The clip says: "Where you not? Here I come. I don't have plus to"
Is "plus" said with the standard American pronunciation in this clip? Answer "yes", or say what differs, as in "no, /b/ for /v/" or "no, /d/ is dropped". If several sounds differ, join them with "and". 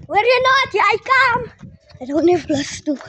no, /b/ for /p/